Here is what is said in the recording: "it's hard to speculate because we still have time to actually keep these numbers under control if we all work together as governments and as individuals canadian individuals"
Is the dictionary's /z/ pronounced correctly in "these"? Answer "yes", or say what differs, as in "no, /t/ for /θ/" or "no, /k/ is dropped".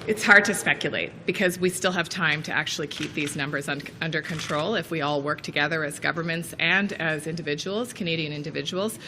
yes